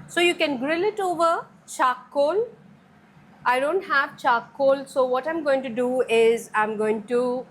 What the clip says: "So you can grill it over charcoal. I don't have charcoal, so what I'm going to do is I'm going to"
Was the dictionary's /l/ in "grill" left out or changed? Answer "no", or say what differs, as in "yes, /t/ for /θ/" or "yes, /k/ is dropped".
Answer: no